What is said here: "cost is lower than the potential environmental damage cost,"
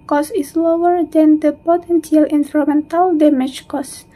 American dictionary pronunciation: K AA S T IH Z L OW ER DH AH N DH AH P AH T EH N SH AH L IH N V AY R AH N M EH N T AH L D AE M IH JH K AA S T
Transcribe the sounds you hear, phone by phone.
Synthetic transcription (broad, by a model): K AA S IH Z L OW ER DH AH N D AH P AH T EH N S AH L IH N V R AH M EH N T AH L D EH M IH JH K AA S